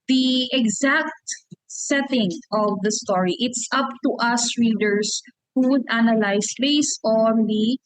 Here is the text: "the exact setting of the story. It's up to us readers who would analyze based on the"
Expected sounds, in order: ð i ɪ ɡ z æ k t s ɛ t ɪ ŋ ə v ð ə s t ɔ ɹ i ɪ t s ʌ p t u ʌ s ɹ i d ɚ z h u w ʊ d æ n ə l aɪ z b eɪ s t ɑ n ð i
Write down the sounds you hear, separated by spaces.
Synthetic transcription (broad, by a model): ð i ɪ ɡ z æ k t s ɛ t ɪ ŋ ə v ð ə s t ɔ ɹ i ɪ t s ʌ p t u ʌ s ɹ i d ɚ s h u w ʊ d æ n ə l aɪ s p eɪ s ɑ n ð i